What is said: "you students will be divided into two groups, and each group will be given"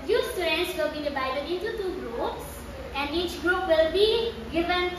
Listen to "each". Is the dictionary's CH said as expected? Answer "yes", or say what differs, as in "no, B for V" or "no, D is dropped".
yes